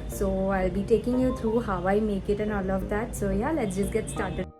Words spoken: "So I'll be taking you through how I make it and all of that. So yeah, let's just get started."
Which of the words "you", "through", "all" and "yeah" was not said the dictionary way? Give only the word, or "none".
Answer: through